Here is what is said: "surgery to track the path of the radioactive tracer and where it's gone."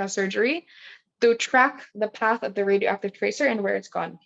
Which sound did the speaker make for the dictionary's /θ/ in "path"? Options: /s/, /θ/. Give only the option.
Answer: /θ/